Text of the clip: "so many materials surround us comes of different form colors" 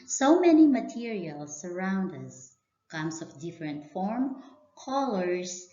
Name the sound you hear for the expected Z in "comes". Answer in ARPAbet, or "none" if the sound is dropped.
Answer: S